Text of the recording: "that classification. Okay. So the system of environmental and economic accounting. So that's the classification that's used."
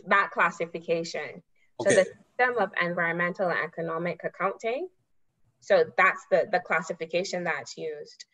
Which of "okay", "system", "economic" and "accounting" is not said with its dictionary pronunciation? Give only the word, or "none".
okay